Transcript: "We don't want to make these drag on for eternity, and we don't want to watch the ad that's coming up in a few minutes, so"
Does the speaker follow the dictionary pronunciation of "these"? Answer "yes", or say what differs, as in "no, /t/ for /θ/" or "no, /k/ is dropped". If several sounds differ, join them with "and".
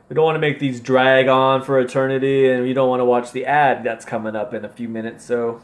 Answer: yes